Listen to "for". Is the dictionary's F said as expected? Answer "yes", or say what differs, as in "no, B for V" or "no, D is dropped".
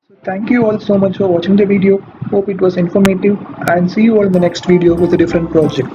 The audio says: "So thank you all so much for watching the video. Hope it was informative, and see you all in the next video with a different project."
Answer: yes